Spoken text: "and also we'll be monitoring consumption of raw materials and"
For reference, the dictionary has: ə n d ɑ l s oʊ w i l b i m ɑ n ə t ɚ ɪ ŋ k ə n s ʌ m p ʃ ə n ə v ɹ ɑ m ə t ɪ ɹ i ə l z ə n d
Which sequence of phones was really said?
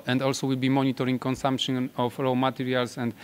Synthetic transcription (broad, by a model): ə n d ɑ l s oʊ w i l b i m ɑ n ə t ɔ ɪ ŋ k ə n s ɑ m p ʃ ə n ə f ɹ ɑ m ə t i ɹ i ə l s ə n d